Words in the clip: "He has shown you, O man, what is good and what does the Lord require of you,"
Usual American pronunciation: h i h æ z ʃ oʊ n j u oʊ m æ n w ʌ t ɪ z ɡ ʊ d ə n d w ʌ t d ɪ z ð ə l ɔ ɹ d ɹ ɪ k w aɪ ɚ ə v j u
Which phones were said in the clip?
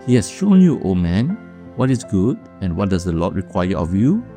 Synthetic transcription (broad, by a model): h i h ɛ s ʃ oʊ n j u oʊ m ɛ n w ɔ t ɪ s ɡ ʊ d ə n w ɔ t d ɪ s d ə l ɔ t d ɹ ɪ k w aɪ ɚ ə f j u